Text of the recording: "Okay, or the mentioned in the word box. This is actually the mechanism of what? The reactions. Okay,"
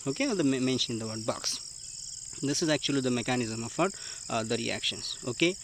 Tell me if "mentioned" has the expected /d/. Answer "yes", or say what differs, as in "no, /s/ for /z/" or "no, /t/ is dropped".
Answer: no, /d/ is dropped